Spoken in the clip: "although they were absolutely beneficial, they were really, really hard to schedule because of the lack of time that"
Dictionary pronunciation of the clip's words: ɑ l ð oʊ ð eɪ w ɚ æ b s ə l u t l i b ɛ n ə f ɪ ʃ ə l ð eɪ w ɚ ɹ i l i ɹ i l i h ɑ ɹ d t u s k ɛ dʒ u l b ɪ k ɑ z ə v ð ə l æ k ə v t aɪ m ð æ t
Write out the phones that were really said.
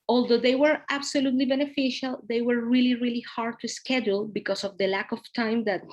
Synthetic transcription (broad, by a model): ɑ l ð oʊ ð eɪ w ɚ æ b s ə l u t l i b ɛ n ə f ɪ ʃ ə l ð eɪ w ɚ ɹ i l i ɹ i l i h ɑ ɹ d t u s k ɛ dʒ u l b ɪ k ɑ s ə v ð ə l æ k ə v t aɪ m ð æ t